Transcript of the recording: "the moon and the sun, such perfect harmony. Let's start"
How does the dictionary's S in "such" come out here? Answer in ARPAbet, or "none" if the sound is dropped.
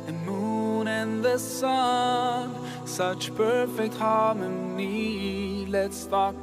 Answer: S